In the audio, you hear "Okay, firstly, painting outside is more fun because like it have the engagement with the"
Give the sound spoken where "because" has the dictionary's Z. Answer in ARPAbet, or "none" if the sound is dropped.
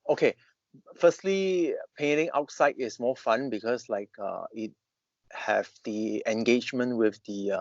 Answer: S